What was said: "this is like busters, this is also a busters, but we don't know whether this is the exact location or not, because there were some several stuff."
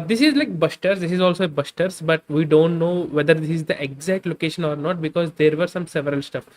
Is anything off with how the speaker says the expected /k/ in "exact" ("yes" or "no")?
no